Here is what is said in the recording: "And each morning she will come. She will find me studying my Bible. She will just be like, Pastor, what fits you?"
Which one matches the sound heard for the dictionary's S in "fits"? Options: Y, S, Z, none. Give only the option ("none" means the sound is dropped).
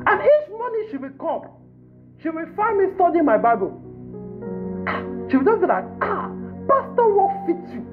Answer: none